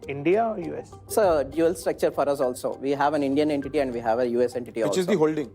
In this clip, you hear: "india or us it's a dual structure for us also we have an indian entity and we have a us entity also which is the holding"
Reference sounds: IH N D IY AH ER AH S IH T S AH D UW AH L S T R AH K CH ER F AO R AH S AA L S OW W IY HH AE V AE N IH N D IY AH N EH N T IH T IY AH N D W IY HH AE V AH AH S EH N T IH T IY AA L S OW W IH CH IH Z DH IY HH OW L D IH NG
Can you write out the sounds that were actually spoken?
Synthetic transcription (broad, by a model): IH N D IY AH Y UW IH S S AH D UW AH L S T R AH K CH ER F AO R AH S AA L S OW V IY HH AE V AE N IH N D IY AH N EH N T IH T IY AH N D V IY HH AE V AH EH S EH N T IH T IY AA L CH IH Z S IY HH OW L D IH NG